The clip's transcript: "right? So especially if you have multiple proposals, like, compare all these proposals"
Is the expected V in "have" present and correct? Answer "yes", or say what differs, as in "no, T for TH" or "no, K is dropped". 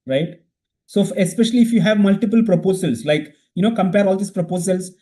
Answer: yes